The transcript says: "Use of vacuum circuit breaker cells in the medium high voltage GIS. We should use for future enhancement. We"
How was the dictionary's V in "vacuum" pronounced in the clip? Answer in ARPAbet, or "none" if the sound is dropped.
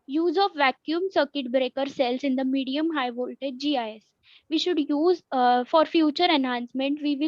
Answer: V